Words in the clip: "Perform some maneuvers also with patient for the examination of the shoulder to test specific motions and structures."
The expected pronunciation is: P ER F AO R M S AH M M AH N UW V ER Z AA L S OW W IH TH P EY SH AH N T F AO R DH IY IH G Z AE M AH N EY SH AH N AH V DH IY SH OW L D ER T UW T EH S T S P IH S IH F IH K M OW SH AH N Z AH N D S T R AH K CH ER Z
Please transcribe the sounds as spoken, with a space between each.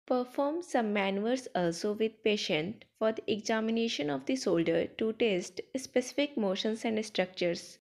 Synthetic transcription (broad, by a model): P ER F AO R M S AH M M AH N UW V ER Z AA L S OW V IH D P EY SH AH N T F AO R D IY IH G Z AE M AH N EY SH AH N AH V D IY S OW L D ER T UW T EH S T S P IH S IH F IH K M OW SH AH N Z AH N D S T R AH K CH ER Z